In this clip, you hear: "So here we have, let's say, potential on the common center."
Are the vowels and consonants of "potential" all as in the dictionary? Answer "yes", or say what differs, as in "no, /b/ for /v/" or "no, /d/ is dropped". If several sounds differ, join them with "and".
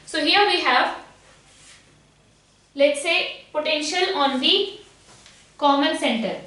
yes